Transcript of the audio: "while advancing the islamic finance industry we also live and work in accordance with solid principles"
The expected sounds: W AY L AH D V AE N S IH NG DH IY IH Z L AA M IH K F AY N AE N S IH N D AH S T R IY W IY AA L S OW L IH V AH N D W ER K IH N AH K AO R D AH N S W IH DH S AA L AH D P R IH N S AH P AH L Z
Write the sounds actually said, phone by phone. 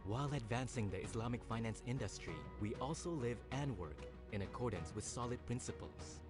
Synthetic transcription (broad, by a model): W AY L AH D V AE N S IH NG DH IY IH S L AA M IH K F AY N AE N S IH N D AH S T R IY W IY AA L S OW L IH V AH N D W ER K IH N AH K AO R D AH N S W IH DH S AA L AH D P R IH N S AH P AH L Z